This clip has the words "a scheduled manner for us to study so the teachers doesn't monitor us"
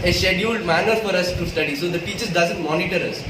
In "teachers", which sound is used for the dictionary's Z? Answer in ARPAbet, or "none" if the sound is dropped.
none